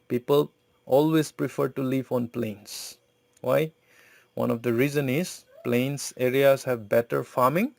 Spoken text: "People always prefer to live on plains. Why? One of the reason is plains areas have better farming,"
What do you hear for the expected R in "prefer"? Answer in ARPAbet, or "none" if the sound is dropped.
R